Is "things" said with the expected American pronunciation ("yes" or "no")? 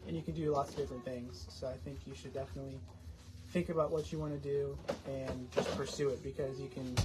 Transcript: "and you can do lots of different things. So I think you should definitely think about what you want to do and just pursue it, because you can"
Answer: yes